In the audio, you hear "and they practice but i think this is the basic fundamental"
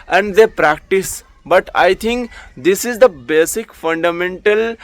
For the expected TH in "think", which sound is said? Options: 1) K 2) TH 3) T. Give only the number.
3